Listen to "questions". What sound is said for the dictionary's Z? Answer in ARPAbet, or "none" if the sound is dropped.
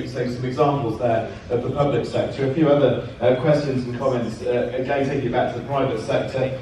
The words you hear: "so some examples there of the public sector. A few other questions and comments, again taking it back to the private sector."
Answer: Z